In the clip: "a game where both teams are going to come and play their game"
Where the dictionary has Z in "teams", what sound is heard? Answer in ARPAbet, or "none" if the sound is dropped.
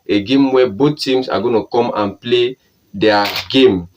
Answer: S